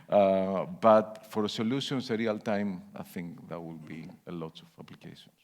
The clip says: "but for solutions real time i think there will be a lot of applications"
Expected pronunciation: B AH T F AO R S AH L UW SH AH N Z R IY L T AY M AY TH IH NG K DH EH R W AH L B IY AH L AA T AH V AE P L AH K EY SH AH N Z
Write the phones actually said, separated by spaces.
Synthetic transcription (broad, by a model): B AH T F AO R S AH L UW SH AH N S R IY L T AY M AY TH IH NG K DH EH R W AH L B IY AH L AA T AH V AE P L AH K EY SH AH N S